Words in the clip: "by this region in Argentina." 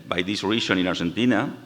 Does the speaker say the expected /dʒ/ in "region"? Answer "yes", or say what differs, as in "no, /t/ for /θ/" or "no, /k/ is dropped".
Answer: no, /ʃ/ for /dʒ/